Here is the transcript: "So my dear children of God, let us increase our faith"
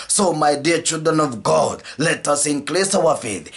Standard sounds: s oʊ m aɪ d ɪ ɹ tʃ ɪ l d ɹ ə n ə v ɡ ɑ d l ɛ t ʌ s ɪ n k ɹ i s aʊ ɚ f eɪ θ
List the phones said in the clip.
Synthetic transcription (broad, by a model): s oʊ m aɪ d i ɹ tʃ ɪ l d ɹ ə n ə v ɡ ɑ d l ɛ t ʌ s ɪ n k l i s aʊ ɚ f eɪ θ